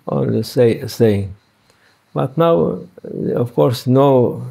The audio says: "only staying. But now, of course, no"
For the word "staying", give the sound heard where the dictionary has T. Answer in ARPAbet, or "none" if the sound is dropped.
S